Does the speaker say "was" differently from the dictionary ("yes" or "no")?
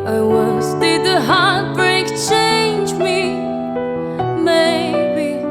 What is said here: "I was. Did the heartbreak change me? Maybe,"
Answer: yes